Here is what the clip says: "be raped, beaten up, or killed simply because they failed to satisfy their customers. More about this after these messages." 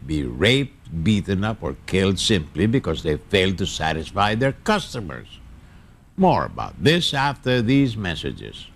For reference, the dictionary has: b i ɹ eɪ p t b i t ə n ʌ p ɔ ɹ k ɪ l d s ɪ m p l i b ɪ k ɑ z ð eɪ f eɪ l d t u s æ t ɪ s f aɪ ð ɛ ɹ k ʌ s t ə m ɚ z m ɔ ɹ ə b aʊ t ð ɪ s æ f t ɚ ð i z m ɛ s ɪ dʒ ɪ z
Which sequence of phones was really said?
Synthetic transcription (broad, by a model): b i ɹ eɪ p t b i t ə n ʌ p ɔ ɹ k ɪ l d s ɪ m p l i b ɪ k ɑ z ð eɪ f eɪ l d t u s æ t ɪ s f aɪ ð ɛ ɹ k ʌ s t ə m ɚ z m ɔ ɹ ə b aʊ t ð ɪ s æ f t ɚ ð i z m ɛ s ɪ dʒ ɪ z